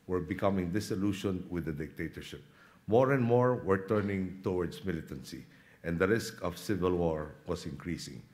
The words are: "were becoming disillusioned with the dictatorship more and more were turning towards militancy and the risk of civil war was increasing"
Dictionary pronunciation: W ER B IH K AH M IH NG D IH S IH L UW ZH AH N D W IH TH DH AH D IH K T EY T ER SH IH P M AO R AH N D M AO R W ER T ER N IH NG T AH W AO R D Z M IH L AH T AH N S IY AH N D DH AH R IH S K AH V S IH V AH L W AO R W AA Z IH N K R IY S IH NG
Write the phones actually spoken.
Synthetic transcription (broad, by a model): W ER B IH K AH M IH NG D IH S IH L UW SH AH N W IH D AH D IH K T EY T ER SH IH P M AO R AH N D M AO R W ER T ER N IH NG T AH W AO R D S M IH L AH T AH N S IY AH N D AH R IH S K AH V S IH V AH L W AO R W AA S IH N K R IY S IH NG